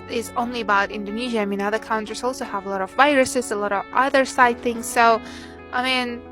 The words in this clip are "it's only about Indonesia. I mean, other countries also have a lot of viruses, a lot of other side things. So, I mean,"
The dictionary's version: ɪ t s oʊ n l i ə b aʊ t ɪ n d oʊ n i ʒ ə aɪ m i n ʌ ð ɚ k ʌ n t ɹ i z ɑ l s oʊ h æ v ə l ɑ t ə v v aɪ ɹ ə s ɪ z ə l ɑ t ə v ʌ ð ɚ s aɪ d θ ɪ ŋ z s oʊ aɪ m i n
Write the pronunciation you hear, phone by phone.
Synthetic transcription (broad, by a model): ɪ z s oʊ n l i ə b aʊ t ɪ n d oʊ n i ʒ ə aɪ m i n ʌ ð ɚ k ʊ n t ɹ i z ɑ l s oʊ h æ v ə l ɑ t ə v v aɪ ɹ ə s ɪ z ə l ɑ t ə v ʌ ð ɚ s aɪ d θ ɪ ŋ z s oʊ aɪ m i n